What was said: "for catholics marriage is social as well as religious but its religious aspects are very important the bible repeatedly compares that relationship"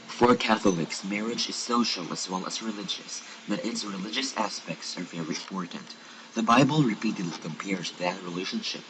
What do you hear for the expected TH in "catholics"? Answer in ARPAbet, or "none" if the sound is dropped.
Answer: TH